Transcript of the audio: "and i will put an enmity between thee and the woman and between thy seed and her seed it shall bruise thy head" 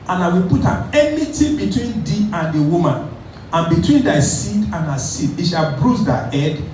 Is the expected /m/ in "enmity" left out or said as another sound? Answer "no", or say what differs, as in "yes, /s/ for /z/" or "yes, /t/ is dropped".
yes, /m/ is dropped